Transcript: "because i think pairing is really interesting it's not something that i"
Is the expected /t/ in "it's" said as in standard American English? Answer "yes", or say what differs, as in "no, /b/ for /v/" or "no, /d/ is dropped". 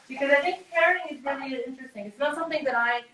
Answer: yes